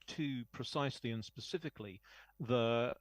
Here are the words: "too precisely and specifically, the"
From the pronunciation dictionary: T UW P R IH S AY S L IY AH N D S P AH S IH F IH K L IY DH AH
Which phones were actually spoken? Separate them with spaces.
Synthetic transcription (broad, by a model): T UW P R IH S AY S L IY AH N S P AH S IH F IH K L IY DH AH